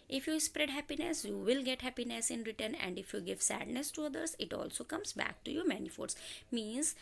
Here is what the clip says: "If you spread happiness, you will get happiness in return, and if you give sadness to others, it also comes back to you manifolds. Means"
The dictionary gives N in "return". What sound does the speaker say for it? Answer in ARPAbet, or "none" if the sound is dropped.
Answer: N